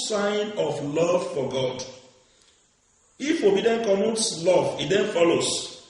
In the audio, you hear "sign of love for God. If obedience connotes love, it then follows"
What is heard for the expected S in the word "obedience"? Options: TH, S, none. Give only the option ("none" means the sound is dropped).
none